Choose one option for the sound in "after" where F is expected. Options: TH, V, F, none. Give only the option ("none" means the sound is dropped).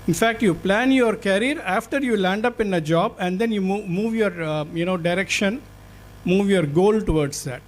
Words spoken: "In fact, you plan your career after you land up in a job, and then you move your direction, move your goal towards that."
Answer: F